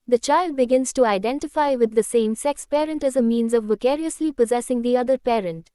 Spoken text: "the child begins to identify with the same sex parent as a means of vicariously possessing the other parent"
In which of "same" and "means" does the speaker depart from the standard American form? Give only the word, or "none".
none